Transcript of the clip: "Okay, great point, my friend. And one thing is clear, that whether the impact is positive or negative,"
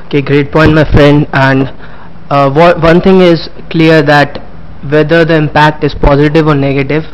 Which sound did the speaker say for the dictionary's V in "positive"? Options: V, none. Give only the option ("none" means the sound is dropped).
V